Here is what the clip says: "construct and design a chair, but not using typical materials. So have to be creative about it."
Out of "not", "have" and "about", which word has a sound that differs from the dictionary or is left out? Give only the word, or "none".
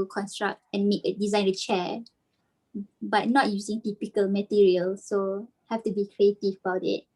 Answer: have